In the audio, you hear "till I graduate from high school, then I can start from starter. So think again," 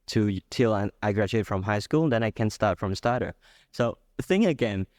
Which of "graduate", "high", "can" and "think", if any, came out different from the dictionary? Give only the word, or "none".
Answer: think